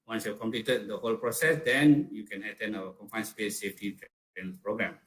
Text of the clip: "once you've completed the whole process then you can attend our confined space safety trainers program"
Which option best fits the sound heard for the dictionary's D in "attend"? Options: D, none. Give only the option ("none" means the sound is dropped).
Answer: none